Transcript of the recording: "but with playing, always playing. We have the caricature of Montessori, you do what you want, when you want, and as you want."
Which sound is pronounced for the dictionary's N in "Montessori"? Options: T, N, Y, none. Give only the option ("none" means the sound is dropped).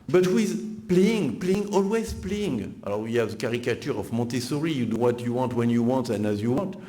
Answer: none